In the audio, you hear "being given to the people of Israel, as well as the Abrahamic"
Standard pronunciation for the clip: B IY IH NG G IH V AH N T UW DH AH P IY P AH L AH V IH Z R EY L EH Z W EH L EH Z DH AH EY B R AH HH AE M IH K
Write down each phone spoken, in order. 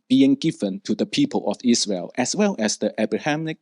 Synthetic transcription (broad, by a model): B IY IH NG G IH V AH N T UW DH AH P IY P AH L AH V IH S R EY L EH S W EH L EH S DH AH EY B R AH HH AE M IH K